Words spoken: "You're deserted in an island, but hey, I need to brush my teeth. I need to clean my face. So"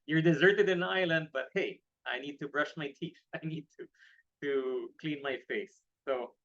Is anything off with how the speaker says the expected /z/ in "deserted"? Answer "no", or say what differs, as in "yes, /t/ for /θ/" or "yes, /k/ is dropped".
no